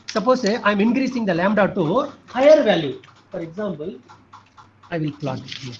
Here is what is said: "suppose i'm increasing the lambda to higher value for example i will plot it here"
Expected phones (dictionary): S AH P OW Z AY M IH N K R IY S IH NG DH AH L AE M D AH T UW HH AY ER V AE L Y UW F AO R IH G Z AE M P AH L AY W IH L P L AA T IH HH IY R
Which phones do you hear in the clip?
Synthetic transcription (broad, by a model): S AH P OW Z AY M IH N K R IY S IH NG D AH L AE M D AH T UW HH AY ER V AE L Y UW F AO R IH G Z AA M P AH L AY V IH L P L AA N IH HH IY